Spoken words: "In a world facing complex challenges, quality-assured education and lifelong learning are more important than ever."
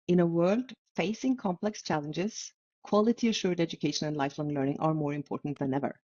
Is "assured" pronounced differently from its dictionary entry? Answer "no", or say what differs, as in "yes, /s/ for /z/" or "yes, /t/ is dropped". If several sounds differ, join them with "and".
no